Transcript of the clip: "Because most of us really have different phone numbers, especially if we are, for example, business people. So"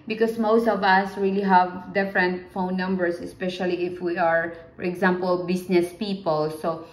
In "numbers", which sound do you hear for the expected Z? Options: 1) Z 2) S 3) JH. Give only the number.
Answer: 2